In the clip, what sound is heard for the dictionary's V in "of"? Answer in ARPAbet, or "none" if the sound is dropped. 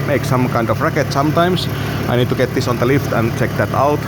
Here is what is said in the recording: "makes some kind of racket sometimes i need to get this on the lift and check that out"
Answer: F